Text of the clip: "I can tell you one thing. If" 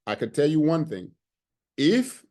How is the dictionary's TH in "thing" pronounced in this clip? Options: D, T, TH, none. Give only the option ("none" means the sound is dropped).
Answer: TH